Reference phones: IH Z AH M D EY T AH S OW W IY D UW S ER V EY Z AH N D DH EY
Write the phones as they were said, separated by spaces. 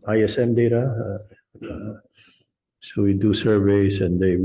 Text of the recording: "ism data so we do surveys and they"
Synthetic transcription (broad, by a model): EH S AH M D EY T AH S OW W IY D UW S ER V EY S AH N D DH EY